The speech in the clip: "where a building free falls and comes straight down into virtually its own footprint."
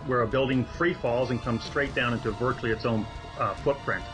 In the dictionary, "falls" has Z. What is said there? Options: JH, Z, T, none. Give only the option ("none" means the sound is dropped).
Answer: Z